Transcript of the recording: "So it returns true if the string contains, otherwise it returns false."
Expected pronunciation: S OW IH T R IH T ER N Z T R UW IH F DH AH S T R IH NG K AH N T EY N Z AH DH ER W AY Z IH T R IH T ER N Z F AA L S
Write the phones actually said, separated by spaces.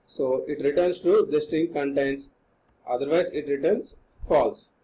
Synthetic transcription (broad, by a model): S OW IH T R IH T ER N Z T UW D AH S T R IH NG K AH N T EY N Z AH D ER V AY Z IH T R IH T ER N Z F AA L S